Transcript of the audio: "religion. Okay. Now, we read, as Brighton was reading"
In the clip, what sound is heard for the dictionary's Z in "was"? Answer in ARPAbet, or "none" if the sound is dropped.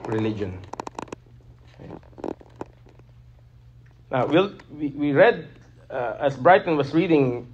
S